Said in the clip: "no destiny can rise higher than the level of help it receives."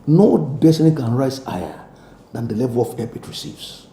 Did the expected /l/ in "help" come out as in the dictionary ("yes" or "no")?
no